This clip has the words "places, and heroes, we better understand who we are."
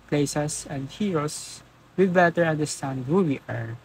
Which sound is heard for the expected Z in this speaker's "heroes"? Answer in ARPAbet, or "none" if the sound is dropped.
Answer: S